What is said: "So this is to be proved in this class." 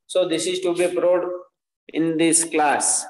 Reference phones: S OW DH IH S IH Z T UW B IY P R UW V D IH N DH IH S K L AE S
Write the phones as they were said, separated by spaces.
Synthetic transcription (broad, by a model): S OW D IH S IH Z T UW B IY P R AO D IH N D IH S K L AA S